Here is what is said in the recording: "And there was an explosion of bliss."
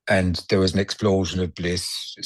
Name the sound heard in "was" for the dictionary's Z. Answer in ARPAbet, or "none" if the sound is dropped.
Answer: Z